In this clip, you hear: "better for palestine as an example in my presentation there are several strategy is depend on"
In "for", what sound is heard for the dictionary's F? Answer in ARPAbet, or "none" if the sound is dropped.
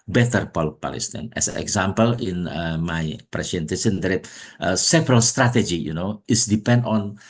P